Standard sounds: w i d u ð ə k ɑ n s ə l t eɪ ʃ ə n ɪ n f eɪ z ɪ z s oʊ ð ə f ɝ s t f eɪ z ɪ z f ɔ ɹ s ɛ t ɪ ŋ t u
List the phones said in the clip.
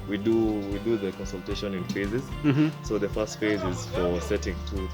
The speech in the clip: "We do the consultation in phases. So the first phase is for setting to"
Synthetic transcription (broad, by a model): w i d u ð ə k ɑ n s ə l t eɪ ʃ ə n ɪ n f eɪ z ɪ z s oʊ ð ə f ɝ s t f eɪ z ɪ z f ɔ ɹ s ɛ t ɪ ŋ t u